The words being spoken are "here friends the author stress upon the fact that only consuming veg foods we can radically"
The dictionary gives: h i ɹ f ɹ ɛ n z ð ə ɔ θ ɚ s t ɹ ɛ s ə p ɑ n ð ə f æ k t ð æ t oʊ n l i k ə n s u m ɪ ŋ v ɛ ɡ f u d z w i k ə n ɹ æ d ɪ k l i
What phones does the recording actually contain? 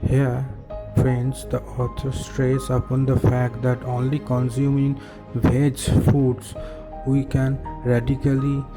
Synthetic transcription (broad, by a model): h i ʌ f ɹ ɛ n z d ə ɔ t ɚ s t ɹ ɛ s ə p ɑ n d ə f æ k t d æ t oʊ n l i k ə n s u m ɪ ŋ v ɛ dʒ f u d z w i k ə n ɹ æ d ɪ k l i